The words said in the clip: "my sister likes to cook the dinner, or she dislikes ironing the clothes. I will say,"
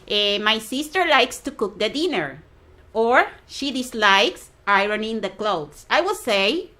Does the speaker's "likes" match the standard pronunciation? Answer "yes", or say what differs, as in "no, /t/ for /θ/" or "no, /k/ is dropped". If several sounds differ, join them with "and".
yes